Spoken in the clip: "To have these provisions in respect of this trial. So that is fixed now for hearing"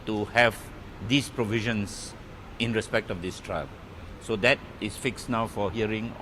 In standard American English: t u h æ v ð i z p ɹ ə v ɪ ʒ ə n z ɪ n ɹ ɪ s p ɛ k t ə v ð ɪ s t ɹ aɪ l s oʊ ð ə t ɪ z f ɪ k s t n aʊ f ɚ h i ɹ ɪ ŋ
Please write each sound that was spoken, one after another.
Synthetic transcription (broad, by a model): t u h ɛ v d i s p ɹ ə v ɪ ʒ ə n s ɪ n ɹ ɪ s p ɛ k t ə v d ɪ s t ɹ aɪ l s oʊ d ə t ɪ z f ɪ k s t n aʊ f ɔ h i ɹ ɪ ŋ